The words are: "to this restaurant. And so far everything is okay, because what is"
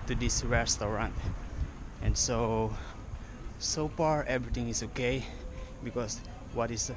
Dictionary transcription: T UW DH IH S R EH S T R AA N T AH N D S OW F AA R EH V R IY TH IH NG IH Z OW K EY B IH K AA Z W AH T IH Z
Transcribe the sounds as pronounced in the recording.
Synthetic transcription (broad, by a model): T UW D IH S R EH S T R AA N T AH N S S OW F AA R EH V R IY T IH NG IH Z OW K EY B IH K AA S W AH T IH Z